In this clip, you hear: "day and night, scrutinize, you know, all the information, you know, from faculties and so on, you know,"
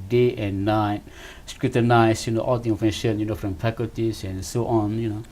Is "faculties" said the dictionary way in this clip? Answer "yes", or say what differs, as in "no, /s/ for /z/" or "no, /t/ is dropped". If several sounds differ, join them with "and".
no, /p/ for /f/